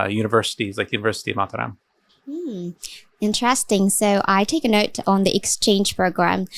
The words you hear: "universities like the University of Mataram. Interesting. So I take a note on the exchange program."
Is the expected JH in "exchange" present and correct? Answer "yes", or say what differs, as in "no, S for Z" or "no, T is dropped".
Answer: no, ZH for JH